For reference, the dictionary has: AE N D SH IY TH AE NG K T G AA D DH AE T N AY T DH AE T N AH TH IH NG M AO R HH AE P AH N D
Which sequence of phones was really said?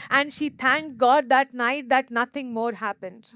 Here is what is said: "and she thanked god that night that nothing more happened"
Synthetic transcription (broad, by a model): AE N D SH IY T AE NG K G AA D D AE T N AY T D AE T N AH T IH NG M AO R HH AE P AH N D